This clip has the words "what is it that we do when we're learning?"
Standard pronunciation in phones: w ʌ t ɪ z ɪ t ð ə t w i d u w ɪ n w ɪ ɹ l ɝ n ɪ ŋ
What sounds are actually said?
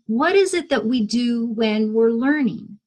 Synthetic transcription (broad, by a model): w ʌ t ɪ z ɪ t ð ə t w i d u w ɪ n w ɪ ɹ l ɝ n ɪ ŋ